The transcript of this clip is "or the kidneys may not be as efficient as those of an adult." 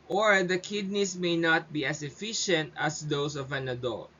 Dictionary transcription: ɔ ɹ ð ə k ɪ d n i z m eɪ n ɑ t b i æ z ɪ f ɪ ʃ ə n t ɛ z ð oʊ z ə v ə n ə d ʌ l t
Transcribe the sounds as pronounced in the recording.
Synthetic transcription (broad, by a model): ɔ ɹ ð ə k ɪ d n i s m eɪ n ɑ t b i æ s ɪ f ɪ ʃ ə n t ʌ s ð oʊ s ə v ə n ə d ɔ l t